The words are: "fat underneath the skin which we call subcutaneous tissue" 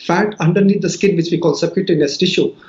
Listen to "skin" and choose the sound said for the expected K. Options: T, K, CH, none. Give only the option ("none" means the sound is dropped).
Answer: K